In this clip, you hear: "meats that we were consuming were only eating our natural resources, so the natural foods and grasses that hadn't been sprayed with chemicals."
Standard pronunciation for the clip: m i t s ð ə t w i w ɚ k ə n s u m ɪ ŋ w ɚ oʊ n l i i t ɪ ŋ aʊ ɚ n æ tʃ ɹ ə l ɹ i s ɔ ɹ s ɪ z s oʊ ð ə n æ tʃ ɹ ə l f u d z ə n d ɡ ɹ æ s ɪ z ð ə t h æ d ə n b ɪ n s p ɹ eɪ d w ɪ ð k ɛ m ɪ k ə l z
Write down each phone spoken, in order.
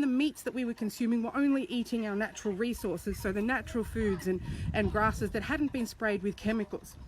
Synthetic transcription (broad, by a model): m i t s ð ə t w i w ɚ k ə n s u m ɪ ŋ w ɚ oʊ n l i i t ɪ ŋ aʊ ɚ n æ tʃ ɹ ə l ɹ i s ɔ ɹ s ɪ z s oʊ ð ə n æ tʃ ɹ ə l f u d z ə n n ɡ ɹ æ s ɪ z ð ə t h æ d n b ɪ n s p ɹ eɪ d w ɪ ð k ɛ m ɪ k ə l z